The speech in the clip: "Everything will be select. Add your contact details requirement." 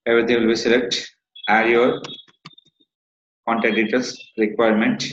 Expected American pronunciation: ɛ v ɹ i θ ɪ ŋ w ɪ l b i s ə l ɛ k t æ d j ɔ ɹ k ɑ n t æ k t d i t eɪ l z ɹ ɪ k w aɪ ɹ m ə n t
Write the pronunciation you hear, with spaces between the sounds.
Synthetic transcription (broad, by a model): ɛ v ɹ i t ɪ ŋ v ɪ l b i s ə l ɛ k t æ d j ɔ ɹ k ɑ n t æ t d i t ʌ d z ɹ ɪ k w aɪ ɹ m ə n t